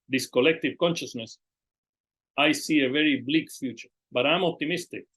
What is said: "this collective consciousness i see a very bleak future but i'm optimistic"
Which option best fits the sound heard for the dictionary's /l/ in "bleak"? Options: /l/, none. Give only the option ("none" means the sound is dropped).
/l/